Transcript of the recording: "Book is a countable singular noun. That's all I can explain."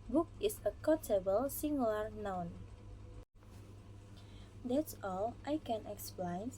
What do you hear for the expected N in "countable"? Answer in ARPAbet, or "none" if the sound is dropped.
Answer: none